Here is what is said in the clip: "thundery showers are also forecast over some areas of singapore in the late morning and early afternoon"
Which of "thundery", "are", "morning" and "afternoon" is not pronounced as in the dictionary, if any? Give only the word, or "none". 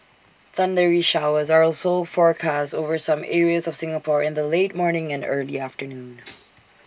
none